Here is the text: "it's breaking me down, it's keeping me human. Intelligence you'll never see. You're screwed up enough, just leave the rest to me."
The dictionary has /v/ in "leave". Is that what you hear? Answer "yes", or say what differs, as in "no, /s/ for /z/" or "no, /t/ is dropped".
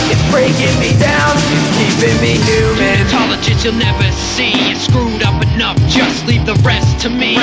no, /p/ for /v/